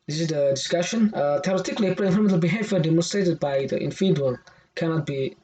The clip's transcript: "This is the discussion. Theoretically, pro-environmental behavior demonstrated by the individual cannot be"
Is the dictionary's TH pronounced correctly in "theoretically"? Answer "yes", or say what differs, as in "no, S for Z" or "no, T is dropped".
no, T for TH